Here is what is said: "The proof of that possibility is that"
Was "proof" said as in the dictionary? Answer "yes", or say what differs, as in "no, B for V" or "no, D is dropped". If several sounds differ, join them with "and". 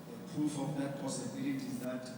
no, R is dropped